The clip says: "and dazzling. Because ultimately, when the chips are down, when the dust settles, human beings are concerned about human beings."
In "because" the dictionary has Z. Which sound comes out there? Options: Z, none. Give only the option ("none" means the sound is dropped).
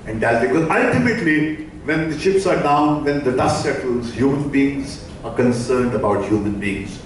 none